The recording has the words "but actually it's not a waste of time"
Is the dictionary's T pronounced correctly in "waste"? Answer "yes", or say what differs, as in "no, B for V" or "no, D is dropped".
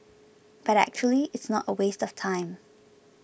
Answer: yes